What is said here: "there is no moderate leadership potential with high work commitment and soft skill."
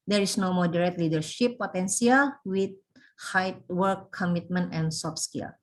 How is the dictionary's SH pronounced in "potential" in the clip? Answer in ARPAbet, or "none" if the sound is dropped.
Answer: S